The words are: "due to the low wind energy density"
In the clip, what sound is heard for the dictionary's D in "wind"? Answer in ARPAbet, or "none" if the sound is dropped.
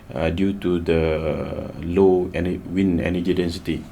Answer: none